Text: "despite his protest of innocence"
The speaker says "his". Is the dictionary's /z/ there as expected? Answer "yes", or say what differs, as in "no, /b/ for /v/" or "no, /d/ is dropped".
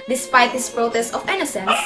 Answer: no, /s/ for /z/